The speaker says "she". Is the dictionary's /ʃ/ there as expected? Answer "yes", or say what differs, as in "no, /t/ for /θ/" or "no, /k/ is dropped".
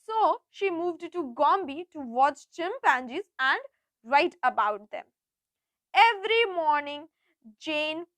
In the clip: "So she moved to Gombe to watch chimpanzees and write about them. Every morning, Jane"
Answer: yes